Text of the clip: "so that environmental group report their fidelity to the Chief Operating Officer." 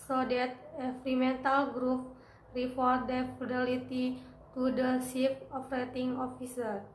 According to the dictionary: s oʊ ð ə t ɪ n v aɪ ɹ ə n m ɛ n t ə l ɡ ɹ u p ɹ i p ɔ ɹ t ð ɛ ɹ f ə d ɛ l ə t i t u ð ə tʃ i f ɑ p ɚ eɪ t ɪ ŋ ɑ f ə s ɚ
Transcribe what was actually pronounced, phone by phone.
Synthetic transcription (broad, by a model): s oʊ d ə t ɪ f ɹ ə m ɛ n t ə l ɡ ɹ u p ɹ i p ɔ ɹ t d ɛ f ə d ɛ l ə t i t u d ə s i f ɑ f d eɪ t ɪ ŋ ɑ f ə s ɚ